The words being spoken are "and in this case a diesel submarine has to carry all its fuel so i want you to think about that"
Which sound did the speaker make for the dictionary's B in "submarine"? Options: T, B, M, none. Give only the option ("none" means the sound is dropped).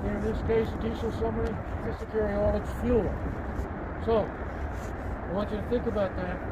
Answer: none